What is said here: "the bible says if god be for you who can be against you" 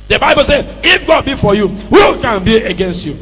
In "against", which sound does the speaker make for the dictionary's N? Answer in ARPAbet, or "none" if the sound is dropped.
N